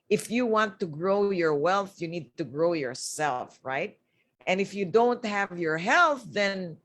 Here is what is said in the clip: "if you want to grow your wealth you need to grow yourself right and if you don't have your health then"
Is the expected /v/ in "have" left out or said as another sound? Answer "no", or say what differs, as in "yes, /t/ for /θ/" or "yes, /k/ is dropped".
no